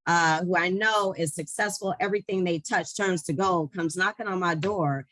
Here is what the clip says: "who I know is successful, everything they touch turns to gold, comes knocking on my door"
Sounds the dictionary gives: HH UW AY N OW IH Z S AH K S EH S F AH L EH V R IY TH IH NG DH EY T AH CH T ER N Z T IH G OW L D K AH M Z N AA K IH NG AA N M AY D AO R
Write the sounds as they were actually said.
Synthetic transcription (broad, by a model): HH UW AY N OW IH Z S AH K S EH S F L EH V R IY TH IH NG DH EY T AH CH T ER N Z T IH G OW K AH M Z N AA K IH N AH N M AY D AO R